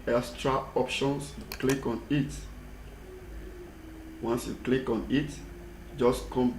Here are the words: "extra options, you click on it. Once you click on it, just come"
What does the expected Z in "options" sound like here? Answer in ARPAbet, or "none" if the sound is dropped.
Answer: S